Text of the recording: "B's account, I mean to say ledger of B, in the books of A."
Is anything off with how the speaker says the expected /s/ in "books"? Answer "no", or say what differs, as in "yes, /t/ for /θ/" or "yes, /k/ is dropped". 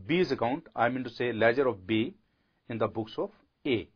no